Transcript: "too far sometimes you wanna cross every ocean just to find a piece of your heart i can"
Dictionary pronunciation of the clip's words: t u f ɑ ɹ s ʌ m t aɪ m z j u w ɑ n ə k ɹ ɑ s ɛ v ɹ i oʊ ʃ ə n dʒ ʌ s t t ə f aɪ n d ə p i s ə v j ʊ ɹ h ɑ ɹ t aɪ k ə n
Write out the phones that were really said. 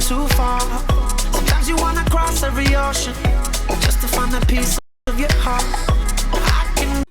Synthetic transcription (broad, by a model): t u f ɑ ɹ s ʌ m t aɪ m z j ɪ w ɑ n ə k ɹ ɑ s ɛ v ɹ i oʊ ʃ ə n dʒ ʌ s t t ə f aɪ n ə p i s ə v j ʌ ɹ h ɑ ɹ t aɪ k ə n